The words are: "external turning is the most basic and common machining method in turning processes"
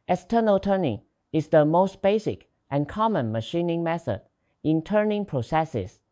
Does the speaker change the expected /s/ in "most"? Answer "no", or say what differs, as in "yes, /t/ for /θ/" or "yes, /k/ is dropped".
no